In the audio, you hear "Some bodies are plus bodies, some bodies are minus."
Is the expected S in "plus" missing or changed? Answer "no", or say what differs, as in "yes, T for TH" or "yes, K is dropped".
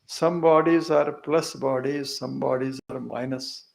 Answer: no